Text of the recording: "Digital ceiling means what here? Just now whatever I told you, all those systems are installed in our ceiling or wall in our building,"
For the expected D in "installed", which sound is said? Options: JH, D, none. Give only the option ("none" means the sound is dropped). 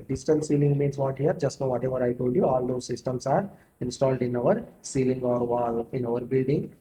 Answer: D